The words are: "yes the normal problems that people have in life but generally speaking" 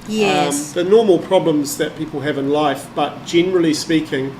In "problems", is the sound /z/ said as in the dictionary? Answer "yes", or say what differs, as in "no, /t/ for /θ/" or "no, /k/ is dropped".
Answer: yes